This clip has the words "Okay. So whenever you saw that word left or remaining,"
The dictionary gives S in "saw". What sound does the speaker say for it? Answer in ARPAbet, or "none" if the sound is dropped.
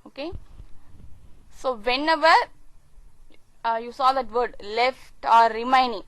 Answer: S